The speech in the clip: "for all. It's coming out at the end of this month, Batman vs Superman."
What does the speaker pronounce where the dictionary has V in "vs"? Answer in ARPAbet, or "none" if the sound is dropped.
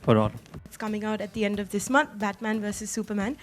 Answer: V